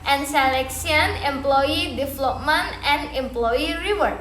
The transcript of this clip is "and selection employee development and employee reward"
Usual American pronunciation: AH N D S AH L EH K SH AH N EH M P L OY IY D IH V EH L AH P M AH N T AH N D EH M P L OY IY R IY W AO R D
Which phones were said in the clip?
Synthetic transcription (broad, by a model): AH N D S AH L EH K S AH N EH M P L OY IY D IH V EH L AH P M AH N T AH N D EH M P L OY IY R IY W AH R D